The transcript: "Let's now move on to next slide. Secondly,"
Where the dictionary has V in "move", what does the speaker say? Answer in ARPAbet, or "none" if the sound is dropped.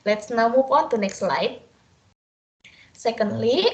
P